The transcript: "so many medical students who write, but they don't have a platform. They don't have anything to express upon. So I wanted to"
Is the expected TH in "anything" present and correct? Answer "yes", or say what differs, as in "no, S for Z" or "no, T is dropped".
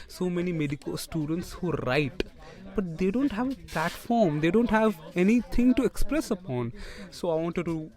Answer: no, T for TH